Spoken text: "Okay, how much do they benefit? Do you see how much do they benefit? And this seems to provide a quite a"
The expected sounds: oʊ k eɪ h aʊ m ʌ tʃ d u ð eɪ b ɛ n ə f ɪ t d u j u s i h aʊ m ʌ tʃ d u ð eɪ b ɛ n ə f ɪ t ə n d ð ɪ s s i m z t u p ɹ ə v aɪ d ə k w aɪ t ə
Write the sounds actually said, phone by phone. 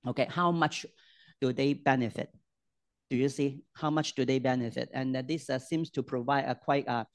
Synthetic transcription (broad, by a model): oʊ k eɪ h aʊ m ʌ tʃ d u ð eɪ b ɛ n ə f ɪ t d u j u s i h aʊ m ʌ tʃ d u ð eɪ b ɛ n ə f ɪ t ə n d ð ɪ s s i m s t u p ɹ ə v aɪ d ə k w aɪ t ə